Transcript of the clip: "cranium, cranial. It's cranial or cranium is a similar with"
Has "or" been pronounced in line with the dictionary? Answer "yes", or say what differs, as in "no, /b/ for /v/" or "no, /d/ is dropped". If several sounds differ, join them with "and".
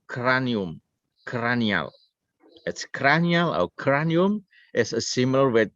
no, /w/ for /ɹ/